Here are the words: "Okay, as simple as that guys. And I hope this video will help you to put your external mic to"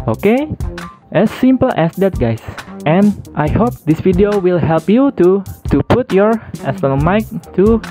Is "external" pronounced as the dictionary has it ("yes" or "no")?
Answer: no